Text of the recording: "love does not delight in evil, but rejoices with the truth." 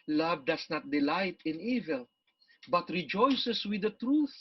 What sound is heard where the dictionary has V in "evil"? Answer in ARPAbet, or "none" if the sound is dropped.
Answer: V